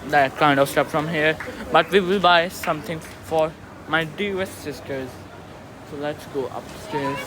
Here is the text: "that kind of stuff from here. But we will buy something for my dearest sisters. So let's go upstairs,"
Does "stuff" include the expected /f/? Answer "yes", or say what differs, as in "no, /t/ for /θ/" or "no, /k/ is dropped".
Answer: no, /p/ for /f/